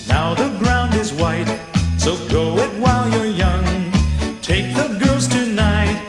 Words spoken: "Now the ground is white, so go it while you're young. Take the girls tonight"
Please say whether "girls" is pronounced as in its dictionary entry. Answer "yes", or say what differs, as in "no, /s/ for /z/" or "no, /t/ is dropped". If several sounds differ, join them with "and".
yes